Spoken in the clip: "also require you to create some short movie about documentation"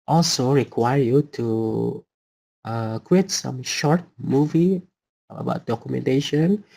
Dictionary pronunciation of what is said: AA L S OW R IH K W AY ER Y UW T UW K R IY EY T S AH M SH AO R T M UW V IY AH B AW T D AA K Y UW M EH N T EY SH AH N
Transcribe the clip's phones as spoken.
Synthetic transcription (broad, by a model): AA L S OW R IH K W AY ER Y UW T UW K W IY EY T S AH M SH AO R T M UW V IY AH B AW T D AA K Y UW M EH N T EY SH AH N